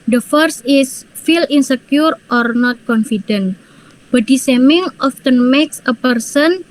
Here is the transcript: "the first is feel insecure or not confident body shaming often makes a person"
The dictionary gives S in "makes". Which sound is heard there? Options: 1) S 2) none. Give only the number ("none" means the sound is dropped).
1